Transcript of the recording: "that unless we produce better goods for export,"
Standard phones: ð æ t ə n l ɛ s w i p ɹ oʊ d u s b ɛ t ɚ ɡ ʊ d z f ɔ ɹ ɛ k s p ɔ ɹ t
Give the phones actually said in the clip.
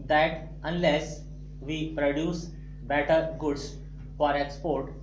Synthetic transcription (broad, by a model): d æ t ə n l ɛ s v i p ɹ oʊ d u s b ɛ t ɚ ɡ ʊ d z f ɔ ɹ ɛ k s p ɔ ɹ t